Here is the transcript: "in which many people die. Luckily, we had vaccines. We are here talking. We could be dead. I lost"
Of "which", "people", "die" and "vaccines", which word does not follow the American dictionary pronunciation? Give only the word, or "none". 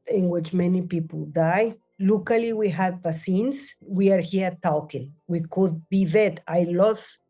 vaccines